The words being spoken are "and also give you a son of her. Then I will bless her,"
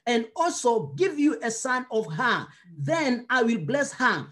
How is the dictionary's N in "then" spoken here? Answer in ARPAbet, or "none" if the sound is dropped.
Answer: N